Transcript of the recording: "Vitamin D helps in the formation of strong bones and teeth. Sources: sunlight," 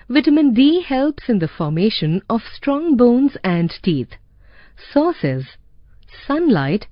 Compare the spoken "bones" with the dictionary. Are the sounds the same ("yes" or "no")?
yes